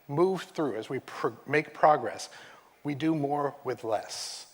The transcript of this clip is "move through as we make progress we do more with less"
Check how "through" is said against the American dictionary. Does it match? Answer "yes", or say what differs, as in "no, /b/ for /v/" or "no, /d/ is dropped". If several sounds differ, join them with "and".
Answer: yes